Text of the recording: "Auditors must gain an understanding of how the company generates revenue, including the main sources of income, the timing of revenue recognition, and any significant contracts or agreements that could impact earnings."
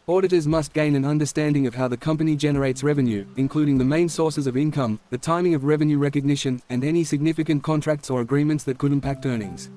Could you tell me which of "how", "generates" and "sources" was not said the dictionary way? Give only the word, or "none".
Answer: none